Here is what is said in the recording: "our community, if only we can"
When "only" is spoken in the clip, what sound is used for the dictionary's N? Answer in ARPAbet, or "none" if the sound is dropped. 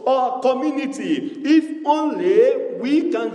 N